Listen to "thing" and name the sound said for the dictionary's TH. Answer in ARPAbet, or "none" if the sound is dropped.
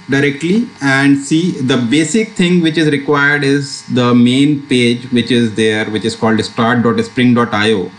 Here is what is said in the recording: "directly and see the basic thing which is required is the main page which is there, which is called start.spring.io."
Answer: T